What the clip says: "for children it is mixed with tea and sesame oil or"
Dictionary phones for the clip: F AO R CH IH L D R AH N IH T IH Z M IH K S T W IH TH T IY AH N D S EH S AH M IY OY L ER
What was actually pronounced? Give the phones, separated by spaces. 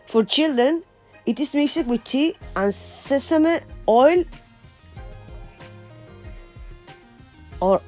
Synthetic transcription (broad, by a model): F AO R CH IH L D AH N IH T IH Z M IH S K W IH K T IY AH N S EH S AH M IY OY L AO